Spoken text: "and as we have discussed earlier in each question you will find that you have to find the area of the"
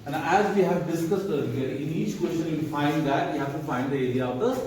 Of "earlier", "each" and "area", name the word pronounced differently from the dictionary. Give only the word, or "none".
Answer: earlier